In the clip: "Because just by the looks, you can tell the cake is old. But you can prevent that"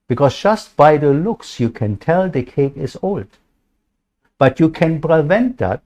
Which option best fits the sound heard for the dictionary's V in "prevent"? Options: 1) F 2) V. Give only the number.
2